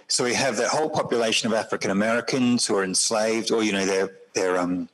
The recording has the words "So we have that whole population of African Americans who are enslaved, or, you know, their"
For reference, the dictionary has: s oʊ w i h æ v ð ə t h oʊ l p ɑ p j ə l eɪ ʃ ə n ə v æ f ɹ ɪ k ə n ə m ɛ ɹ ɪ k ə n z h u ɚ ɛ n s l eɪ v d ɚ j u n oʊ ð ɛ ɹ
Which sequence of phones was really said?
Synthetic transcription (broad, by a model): s oʊ w i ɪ v ð ə t h oʊ l p ɑ p j ə l eɪ ʃ ə n ə v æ f ɹ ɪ k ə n ə m ɛ ɹ ɪ k ə n z h u ɚ ɛ n s l eɪ v d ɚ j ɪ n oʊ ð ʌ ɹ